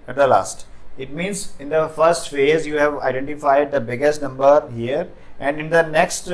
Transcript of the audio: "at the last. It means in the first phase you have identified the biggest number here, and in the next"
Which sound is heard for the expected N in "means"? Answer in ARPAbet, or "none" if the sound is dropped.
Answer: N